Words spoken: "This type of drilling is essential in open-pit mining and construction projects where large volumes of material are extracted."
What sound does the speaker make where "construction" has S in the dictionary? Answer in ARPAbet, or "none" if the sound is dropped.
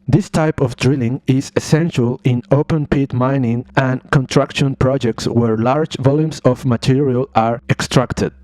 none